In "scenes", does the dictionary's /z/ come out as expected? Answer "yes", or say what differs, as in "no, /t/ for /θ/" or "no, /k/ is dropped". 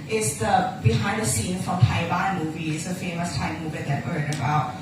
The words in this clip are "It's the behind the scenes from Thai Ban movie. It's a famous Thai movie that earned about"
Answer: no, /z/ is dropped